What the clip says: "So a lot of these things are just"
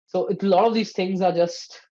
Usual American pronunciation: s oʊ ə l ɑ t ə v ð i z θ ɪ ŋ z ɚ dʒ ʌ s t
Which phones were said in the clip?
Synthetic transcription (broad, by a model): s oʊ ə l ɑ t ə v ð i z θ ɪ ŋ z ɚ dʒ ʌ s t